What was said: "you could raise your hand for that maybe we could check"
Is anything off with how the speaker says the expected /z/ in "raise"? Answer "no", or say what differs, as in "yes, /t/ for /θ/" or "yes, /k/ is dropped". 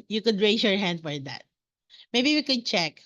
yes, /s/ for /z/